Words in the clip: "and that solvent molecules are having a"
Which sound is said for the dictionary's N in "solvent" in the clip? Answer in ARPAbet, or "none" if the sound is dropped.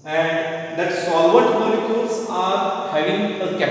none